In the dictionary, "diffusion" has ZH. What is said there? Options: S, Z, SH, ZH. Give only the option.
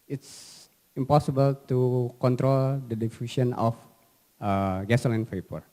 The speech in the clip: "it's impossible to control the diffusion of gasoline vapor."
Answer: S